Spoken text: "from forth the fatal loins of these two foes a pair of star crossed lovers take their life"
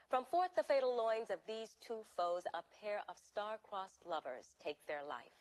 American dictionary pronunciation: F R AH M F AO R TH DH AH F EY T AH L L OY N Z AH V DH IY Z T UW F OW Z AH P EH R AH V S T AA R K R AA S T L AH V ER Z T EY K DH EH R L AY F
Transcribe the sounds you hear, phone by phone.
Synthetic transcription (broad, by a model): F R AH M F AO R TH DH AH F EY T L L OY N Z AH V DH IY Z T UW F OW Z AH P EH R AH V S T AA R K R AA S L AH V ER Z T EY K DH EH R L AY F